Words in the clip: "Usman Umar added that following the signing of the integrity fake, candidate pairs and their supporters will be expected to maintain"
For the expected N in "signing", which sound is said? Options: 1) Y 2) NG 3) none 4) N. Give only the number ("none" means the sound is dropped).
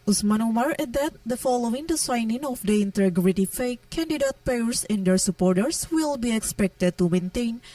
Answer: 4